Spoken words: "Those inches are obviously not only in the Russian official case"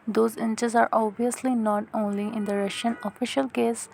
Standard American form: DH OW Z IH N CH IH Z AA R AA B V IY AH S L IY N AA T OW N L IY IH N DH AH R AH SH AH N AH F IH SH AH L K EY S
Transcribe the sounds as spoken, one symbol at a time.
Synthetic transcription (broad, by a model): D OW Z IH N CH IH Z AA R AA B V IY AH S L IY N AA T OW N L IY IH N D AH R AH SH AH N AH F IH SH AH L K EY S